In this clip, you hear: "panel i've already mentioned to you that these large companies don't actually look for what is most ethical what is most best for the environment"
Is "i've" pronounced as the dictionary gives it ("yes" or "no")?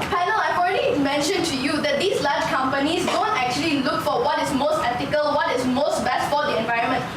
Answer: no